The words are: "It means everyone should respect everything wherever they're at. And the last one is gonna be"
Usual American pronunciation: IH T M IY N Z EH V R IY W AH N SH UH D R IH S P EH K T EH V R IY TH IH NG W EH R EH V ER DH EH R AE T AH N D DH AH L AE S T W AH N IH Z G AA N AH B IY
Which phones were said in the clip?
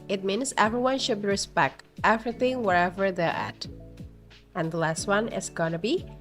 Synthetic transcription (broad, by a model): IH T M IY N S EH V R IY W AH N SH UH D R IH S P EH K T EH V R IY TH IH NG W EH R EH V ER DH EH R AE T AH N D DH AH L AE S T W AH N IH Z G AA N AH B IY